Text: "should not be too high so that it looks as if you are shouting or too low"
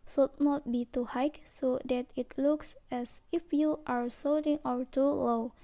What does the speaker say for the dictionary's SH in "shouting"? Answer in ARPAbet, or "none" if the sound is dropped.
S